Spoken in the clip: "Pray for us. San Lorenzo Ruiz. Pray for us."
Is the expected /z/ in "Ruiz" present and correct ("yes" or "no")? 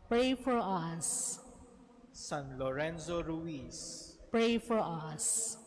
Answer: no